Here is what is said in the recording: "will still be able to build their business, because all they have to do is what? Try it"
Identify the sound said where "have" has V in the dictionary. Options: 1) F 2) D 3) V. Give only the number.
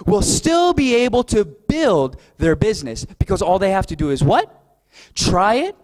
1